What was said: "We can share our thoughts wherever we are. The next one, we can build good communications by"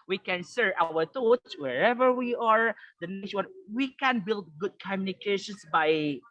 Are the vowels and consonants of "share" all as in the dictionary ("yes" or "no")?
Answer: no